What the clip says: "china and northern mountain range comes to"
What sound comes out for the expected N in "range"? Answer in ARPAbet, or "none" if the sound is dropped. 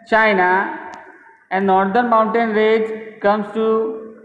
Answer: none